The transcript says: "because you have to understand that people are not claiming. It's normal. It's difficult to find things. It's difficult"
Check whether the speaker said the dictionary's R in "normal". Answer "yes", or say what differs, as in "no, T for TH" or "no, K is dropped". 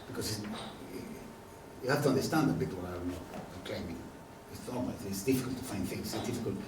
no, L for R